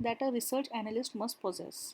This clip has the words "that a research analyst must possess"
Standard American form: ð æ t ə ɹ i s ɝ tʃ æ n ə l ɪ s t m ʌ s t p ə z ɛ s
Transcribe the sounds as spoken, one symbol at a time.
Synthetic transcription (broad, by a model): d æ t ə ɹ i s ɝ tʃ æ n ə l ɪ s t m ʌ s t p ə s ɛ s